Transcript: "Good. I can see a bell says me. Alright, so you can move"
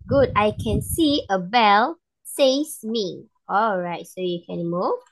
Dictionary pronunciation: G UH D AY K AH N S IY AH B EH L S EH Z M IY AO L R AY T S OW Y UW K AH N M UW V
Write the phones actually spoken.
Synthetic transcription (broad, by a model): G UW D AY K AH N S IY AH B EH L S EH S M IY AO L R AY T S OW Y UW K AH N M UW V